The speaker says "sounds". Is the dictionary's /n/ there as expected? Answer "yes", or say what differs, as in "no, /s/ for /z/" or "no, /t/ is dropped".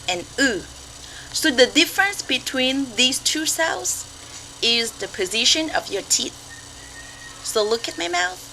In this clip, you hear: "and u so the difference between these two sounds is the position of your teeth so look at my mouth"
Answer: no, /l/ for /n/